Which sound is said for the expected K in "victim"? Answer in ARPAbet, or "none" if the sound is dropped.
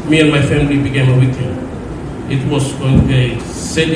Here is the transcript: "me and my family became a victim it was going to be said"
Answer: none